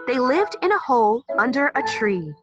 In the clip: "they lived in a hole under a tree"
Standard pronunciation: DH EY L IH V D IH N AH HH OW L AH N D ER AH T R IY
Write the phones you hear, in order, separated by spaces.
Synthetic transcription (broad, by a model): DH EY L IH V D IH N AH HH OW L AH N D ER AH T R IY